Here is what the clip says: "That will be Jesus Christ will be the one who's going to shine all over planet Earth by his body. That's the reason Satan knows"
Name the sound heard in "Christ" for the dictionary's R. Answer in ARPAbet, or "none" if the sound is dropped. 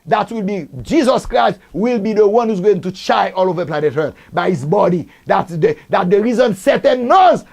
R